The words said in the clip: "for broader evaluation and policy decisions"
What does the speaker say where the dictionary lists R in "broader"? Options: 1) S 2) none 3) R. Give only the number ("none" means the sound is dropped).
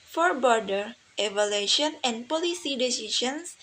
2